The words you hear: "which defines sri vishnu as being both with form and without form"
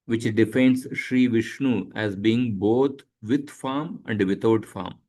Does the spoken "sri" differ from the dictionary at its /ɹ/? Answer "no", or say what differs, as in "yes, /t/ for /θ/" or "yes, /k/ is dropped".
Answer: no